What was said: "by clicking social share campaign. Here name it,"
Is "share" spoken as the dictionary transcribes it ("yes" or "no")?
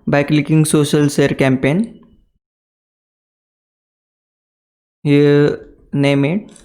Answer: no